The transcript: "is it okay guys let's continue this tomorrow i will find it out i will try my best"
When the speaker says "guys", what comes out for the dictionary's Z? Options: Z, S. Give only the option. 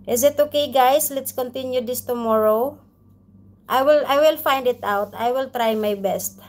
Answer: S